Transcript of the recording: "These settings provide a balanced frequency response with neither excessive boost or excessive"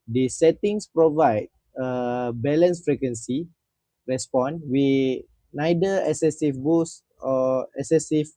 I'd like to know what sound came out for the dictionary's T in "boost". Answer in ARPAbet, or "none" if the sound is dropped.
none